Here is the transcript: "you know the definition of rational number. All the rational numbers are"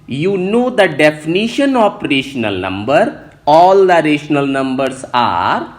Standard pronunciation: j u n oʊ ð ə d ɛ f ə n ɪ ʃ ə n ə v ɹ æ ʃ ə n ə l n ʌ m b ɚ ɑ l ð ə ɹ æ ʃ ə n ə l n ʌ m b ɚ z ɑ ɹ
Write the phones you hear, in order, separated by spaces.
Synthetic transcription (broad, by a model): j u n oʊ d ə d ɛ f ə n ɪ ʃ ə n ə p ɹ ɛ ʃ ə n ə l n ʌ m b ɚ ɑ l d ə ɹ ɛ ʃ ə n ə l n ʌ m b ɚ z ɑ ɹ